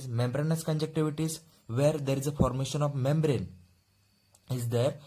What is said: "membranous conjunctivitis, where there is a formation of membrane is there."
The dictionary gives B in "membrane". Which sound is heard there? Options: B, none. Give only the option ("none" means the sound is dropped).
B